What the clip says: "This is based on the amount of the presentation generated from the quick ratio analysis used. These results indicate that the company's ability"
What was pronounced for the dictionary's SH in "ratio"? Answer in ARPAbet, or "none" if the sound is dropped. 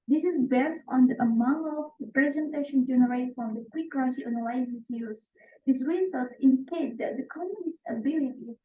S